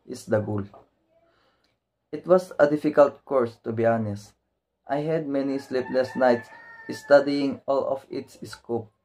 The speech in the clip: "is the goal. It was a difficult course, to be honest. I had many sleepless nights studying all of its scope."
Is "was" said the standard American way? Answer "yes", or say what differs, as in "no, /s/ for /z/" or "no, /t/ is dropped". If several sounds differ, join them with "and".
no, /s/ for /z/